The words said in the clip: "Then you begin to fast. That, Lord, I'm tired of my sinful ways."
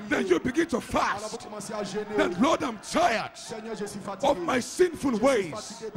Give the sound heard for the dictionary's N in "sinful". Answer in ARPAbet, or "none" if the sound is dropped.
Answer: N